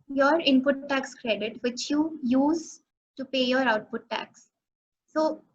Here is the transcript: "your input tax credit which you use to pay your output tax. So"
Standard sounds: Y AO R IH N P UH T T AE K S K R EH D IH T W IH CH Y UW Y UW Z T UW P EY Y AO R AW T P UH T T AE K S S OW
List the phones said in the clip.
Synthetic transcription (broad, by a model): Y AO R IH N P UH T T AE K S K R EH D IH T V IH CH Y UW Y UW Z T UW P EY Y AO R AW T P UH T T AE K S S OW